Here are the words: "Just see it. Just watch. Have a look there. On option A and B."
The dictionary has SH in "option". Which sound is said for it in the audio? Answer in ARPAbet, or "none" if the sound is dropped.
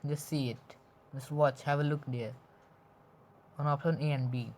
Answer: none